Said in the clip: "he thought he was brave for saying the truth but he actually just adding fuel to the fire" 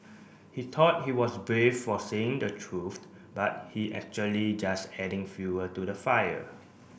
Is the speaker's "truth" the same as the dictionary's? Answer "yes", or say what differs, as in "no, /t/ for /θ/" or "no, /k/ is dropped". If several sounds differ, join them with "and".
no, /f/ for /θ/